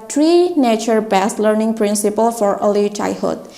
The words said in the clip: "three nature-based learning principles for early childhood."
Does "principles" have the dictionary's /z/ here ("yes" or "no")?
no